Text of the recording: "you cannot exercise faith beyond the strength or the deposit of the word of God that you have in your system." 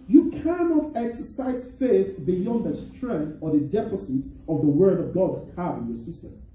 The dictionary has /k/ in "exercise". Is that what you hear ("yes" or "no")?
yes